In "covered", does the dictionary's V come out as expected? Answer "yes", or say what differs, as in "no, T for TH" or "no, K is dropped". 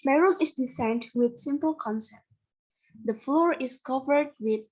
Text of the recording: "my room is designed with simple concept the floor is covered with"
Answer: yes